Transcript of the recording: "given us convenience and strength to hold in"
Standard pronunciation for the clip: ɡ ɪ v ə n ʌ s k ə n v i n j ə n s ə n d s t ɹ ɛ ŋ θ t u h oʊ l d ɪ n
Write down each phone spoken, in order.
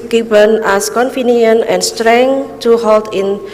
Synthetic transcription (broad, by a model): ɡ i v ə n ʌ s k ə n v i n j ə n ə n s t ɹ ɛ ŋ t u h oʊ l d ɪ n